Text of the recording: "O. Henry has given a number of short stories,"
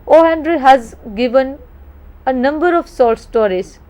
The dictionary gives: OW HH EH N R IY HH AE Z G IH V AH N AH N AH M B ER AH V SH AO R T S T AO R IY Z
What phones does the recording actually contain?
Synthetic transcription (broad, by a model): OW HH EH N R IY HH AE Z G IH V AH N AH N AH M B ER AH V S AO L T S T AO R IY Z